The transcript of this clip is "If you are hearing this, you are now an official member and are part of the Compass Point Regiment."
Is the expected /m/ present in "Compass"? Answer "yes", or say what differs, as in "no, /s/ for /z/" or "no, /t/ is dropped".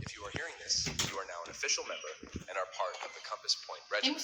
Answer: yes